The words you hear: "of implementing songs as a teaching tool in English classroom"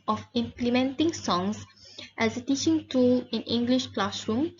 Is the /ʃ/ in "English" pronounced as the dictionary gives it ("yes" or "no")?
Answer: yes